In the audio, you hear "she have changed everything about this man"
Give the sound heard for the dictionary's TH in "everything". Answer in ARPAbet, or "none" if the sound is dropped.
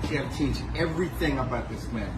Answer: TH